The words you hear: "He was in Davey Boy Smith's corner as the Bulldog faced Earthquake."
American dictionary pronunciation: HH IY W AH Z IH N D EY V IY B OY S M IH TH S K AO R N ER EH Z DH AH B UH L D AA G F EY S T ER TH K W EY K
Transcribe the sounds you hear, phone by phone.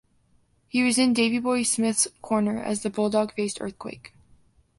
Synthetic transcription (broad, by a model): HH IY W AH Z IH N D EY V IY B OY S M IH TH S K AO R N ER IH Z DH AH B UH L D AA G F EY S T ER TH K W EY K